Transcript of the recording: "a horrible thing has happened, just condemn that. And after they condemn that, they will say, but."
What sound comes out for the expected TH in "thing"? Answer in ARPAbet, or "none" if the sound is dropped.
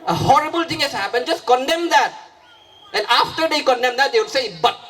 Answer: T